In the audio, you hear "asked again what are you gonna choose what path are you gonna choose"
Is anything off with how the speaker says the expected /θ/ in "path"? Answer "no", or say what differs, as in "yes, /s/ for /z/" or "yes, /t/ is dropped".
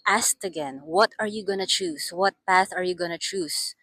no